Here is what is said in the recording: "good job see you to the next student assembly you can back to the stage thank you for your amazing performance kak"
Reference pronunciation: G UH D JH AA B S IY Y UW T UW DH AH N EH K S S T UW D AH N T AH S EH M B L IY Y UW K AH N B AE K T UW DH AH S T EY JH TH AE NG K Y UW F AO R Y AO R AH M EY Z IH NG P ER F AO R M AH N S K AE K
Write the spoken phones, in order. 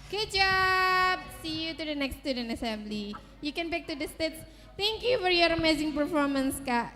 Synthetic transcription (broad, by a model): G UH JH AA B S IY Y UW T UW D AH N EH K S S T UW D AH N T AH S EH M B L IY Y UW K AH N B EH K T UW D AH S T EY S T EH NG K Y UW F AO R Y AO R AH M EY Z IH NG P ER F AO R M AH N S K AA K